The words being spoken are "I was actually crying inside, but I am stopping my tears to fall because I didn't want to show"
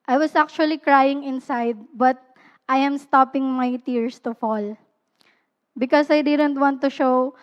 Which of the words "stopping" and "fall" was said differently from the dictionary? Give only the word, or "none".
none